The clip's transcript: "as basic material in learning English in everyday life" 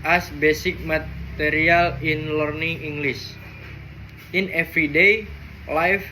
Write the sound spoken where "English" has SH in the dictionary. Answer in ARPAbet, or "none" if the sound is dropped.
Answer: S